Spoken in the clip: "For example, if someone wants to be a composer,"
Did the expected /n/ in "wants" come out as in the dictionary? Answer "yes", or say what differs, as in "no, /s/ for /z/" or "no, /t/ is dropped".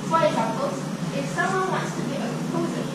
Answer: no, /n/ is dropped